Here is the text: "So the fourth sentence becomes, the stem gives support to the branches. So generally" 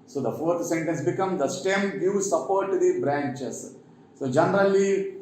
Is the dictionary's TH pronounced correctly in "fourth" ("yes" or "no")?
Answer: no